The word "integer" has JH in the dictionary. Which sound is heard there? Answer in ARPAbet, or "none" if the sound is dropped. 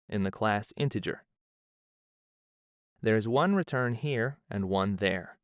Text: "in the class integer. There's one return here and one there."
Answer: JH